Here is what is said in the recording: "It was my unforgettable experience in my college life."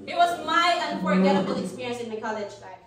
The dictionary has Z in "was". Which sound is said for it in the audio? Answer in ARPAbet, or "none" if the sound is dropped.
Z